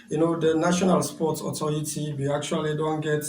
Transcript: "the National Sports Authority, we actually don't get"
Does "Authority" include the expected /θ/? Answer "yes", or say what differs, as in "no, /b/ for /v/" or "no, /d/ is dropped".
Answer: no, /t/ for /θ/